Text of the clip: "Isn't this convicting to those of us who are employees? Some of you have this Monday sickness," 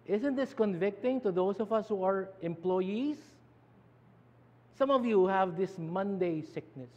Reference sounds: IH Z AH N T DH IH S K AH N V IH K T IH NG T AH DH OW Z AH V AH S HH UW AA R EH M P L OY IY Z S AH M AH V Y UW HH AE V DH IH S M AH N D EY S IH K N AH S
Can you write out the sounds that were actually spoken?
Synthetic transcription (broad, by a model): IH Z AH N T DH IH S K AH N V IH K T IH NG T AH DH OW S AH V AH S HH UW AA R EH M P L OY IY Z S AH M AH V Y UW HH AE V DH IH S M AH N D EY S IH K N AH S